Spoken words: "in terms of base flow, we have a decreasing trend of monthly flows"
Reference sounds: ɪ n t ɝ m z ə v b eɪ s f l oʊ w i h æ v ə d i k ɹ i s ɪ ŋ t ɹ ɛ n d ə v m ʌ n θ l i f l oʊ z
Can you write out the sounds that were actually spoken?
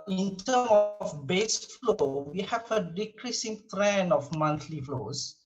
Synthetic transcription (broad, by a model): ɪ n t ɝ m ə f b eɪ s f l oʊ w i h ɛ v ə d i k ɹ i s ɪ ŋ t ɹ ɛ n ə f m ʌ n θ l i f l oʊ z